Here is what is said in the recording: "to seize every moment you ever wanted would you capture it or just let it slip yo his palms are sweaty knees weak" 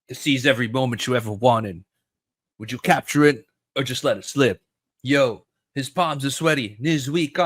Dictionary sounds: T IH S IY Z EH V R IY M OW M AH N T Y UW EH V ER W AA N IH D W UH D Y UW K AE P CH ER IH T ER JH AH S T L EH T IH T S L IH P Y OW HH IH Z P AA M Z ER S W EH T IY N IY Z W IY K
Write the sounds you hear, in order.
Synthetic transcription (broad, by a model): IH S IY Z EH V R IY M OW M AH N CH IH EH V ER W AA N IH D W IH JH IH K AE P CH ER IH T ER JH AH S T L EH T IH T S L IH P Y OW HH IH Z P AA M Z ER S W EH T IY N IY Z W IY K